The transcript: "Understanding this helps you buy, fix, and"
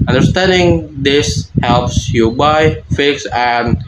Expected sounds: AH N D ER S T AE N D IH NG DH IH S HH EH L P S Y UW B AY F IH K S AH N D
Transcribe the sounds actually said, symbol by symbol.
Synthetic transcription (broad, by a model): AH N D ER S T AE N D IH NG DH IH S HH EH L P S Y UW B AY F IH K S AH N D